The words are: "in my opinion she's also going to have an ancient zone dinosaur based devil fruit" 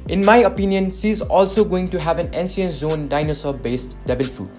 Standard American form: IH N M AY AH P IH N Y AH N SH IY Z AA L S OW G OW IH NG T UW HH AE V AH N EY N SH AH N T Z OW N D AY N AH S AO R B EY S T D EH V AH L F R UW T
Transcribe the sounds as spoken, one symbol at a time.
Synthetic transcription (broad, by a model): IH N M AY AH P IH N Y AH N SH IY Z AA L S OW G OW IH NG T UW HH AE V AH N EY N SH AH N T Z OW N D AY N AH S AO B EY S T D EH B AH L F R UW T